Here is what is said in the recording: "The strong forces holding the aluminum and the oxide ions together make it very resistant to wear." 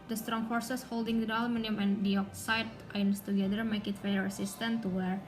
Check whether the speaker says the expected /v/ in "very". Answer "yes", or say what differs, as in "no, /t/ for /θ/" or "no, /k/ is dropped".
no, /f/ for /v/